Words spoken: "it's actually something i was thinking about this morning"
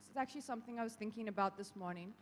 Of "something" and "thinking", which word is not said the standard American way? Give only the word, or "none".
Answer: none